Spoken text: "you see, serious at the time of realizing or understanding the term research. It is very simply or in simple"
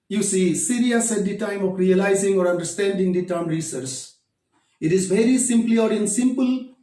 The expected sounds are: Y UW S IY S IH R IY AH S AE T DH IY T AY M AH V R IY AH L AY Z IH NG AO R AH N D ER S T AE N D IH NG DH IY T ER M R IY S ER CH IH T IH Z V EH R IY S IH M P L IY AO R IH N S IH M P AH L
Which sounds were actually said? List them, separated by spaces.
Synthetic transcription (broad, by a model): Y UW S IY S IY R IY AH S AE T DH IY T AY M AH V R IY AH L AY Z IH NG AO R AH N D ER S T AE N D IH NG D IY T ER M R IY S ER S IH T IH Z V EH R IY S IH M P L IY AO R IH N S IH M P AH L